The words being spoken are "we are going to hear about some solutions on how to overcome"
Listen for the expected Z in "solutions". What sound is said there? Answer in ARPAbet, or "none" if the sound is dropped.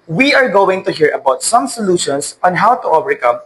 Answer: S